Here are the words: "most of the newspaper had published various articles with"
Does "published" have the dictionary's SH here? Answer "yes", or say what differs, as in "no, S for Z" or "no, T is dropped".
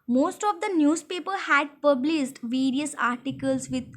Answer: no, S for SH